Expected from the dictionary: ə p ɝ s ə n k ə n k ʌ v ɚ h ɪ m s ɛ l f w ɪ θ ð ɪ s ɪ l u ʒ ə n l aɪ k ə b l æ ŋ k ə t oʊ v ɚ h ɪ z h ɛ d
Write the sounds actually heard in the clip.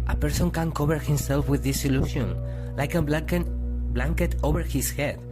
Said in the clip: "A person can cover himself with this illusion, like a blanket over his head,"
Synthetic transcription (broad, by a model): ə p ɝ s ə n k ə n k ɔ b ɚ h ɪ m s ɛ l f w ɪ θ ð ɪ s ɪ l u ʃ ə n l aɪ k ə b l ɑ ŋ k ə t oʊ b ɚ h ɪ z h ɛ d